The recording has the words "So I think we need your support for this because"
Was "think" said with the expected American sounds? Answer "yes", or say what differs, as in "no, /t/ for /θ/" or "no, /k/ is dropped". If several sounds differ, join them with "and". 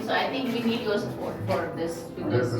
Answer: no, /t/ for /θ/